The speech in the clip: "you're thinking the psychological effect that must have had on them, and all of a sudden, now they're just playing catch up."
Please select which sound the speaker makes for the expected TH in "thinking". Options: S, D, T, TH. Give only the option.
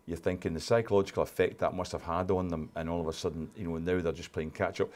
TH